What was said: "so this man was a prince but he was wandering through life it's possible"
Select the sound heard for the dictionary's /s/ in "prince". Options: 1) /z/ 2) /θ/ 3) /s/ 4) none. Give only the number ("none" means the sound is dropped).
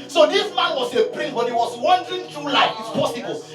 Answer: 4